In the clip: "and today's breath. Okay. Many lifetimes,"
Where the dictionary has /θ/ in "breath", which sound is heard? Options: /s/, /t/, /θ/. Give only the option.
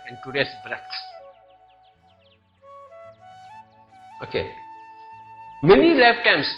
/s/